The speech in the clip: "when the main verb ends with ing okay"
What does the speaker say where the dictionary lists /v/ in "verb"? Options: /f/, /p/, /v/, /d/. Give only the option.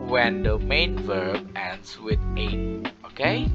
/v/